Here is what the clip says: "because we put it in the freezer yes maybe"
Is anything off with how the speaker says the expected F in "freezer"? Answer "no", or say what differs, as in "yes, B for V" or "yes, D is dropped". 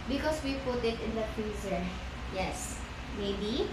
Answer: yes, P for F